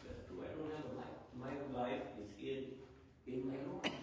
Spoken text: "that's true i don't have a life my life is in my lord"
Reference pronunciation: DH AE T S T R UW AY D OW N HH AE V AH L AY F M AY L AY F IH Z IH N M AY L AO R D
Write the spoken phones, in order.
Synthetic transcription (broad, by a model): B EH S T UW AY D OW N HH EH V AH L AY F M AY L AY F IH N IH N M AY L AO